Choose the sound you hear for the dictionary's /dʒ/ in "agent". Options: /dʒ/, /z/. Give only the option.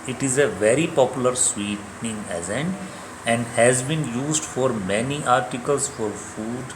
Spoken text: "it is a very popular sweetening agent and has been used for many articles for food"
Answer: /z/